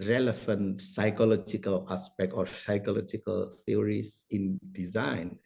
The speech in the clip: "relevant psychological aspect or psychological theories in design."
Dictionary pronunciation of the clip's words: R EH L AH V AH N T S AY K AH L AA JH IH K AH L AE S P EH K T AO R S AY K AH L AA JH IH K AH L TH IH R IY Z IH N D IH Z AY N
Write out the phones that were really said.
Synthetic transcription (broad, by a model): R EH L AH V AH N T S AY K AH L AA JH IH K AH L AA S P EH K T AO R S AY K AH L AA JH IH K AH L T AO R IY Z IH N D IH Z AY N